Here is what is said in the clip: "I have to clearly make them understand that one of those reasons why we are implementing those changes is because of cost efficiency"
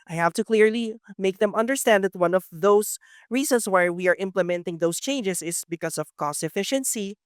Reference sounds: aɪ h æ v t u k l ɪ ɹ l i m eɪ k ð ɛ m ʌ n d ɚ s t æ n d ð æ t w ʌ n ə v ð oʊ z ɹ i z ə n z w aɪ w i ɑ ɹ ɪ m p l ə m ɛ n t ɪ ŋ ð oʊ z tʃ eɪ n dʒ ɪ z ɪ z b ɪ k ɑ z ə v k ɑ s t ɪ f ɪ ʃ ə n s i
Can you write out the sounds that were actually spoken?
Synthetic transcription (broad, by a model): aɪ h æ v t u k l ɪ ɹ l i m eɪ k ð ɛ m ʌ n d ɚ s t æ n d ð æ t w ʌ n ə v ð oʊ s ɹ i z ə n s w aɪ w i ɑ ɹ ɪ m p l ə m ɛ n t ɪ ŋ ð oʊ s tʃ eɪ n dʒ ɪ s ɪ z b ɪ k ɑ s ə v k ɑ s t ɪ f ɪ ʃ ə n s i